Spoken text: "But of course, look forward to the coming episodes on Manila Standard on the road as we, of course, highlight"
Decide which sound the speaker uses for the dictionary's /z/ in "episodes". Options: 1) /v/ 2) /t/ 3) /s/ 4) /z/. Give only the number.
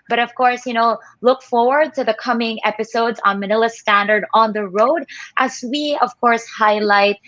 4